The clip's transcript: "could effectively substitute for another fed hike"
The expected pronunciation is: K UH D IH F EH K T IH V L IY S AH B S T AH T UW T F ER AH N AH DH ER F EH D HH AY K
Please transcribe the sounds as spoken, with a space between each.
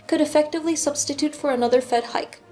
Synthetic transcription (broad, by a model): K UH D IH F EH K T IH V L IY S AH B S T AH T UW T F ER AH N AH DH ER F EH D HH AY K